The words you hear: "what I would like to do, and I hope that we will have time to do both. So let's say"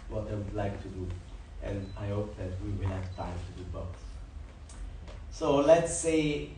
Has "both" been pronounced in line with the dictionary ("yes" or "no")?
no